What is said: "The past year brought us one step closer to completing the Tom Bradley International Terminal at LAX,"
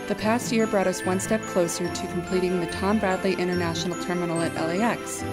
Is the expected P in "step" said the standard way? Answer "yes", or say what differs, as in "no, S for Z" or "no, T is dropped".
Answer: yes